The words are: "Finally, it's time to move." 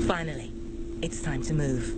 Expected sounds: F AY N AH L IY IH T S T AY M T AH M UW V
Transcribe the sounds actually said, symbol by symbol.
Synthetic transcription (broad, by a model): F AY N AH L IY IH T S T AY M T AH M UW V